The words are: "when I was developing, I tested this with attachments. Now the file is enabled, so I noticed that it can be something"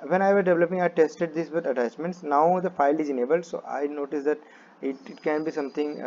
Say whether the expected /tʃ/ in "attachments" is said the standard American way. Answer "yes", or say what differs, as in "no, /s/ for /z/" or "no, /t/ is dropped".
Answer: no, /s/ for /tʃ/